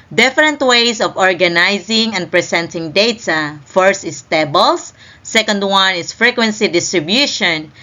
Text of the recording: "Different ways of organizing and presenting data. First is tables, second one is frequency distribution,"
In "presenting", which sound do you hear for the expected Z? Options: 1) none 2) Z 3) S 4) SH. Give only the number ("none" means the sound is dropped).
3